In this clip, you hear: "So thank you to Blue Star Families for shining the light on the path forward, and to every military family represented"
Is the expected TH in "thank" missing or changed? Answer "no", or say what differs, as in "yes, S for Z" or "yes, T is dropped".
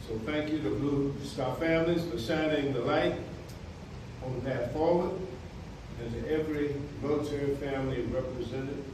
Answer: no